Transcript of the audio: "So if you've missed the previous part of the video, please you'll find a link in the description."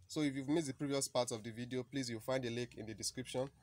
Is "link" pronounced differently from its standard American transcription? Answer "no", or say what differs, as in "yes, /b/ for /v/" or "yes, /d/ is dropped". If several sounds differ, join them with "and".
yes, /ŋ/ is dropped